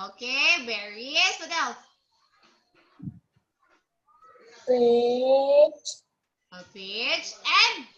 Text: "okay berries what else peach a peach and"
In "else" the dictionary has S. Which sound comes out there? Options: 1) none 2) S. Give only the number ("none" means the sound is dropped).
1